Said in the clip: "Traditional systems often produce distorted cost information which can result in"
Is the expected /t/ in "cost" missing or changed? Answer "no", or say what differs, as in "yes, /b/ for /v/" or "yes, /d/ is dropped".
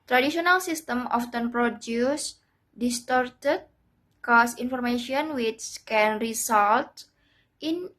yes, /t/ is dropped